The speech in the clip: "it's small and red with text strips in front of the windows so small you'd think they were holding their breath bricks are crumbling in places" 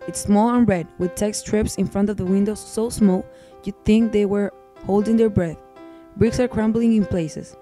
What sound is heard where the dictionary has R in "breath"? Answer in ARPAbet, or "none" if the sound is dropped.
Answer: R